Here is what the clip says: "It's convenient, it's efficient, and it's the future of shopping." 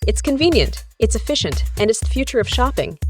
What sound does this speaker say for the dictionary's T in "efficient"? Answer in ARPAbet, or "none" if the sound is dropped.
T